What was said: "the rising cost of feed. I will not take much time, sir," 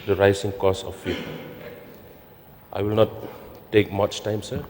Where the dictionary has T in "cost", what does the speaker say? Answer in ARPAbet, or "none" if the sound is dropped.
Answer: none